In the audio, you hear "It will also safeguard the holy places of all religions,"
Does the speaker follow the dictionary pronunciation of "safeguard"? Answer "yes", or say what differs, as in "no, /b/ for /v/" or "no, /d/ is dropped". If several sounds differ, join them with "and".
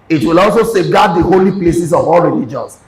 no, /f/ is dropped